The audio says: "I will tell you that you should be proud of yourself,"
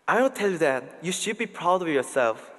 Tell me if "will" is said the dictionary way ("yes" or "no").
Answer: no